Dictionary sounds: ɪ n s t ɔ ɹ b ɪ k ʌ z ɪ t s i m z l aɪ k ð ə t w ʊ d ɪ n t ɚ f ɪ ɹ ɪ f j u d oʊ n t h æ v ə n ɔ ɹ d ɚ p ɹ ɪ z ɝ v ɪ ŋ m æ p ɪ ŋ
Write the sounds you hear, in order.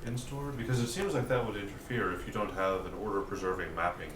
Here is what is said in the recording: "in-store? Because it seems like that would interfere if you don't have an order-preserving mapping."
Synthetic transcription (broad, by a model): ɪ n s t ɔ ɹ b ɪ k ʌ z ɪ t s i m z l aɪ k ð ə t w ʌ d ɪ n t ɚ f ɪ ɹ ɪ f j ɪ d oʊ n t h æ v ə n ɔ ɹ d ɚ p ɹ ɪ z ɝ v ɪ ŋ m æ p ɪ ŋ